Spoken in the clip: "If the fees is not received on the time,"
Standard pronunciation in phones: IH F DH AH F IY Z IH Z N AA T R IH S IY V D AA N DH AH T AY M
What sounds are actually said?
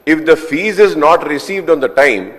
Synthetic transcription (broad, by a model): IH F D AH F IY Z IH Z N AA T R IH S IY V D AA N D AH T AY M